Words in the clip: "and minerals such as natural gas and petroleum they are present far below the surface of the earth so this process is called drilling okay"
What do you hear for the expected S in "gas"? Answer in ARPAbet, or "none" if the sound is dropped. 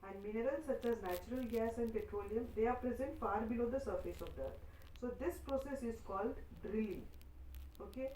S